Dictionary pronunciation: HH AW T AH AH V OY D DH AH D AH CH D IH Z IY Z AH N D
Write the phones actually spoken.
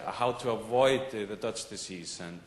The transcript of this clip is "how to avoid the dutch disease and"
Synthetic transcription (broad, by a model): HH AW T AH AH V OY D DH AH D AH CH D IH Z IY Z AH N